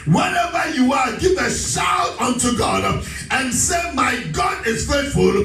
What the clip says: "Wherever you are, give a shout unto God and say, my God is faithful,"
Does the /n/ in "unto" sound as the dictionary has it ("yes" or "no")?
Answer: yes